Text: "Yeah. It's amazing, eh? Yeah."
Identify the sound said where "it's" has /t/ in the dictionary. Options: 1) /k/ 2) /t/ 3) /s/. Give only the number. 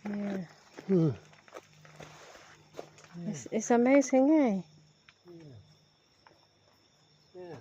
3